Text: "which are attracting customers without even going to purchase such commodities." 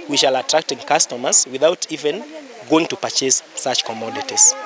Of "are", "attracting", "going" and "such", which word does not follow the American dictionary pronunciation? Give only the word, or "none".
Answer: are